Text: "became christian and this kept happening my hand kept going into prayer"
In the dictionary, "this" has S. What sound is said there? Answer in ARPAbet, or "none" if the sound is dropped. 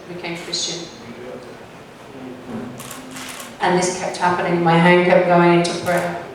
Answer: S